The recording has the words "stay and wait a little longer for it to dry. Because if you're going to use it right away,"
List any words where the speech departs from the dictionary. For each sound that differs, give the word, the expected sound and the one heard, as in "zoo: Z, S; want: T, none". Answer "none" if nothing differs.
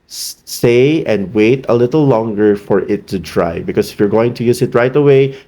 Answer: because: Z, S